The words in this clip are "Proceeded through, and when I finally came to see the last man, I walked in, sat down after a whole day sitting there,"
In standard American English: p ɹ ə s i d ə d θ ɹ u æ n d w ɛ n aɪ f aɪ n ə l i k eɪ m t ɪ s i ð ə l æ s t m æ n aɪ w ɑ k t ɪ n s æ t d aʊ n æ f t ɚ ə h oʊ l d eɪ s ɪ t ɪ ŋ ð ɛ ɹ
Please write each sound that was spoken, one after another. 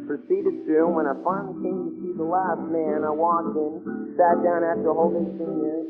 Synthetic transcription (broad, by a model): p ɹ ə s i d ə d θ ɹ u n w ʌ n aɪ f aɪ ə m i k eɪ m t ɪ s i ð ə l æ s t m æ n aɪ w ɑ k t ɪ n s æ t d aʊ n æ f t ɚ ə h oʊ l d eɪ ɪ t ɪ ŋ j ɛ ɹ